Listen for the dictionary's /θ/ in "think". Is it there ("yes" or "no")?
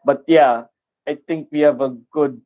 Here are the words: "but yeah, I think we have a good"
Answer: no